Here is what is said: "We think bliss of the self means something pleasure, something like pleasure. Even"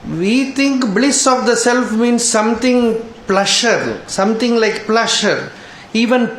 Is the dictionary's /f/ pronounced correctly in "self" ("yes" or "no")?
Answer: yes